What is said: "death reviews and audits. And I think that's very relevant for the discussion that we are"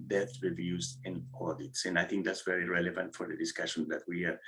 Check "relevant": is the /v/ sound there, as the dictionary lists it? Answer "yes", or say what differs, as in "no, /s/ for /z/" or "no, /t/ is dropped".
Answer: yes